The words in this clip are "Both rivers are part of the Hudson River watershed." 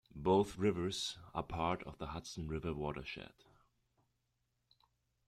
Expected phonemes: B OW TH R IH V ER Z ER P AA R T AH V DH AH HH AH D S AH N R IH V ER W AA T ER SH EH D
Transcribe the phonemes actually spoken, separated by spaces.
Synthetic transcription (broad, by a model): B OW TH R IH V ER Z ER P AA R T AH V DH AH HH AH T S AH N R IH V ER W AA T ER SH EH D